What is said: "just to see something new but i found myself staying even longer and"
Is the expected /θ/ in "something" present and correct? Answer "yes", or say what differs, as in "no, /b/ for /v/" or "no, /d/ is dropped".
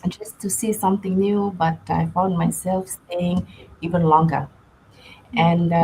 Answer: no, /t/ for /θ/